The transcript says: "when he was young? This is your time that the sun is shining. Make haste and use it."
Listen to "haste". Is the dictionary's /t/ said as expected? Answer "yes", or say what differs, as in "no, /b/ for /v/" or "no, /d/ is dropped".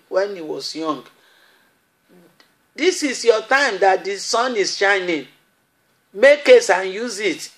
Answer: no, /t/ is dropped